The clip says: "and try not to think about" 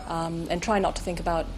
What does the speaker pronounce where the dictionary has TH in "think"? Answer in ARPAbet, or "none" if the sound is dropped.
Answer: TH